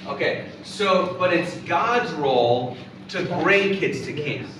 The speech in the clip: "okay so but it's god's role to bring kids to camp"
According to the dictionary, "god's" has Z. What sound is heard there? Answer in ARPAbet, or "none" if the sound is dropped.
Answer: Z